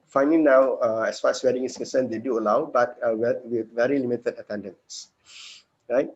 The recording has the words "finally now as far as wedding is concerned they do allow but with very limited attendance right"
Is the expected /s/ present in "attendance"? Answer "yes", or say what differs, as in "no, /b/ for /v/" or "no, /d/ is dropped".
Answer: yes